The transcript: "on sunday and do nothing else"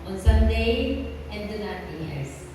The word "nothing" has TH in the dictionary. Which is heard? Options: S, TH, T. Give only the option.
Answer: T